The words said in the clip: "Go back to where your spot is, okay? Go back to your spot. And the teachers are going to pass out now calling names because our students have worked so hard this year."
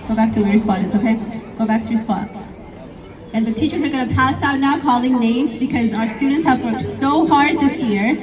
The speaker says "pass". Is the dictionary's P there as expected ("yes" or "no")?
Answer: yes